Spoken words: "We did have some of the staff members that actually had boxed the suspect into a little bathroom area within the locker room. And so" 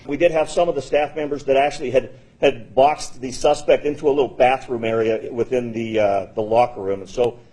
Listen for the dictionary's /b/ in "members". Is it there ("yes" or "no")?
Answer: yes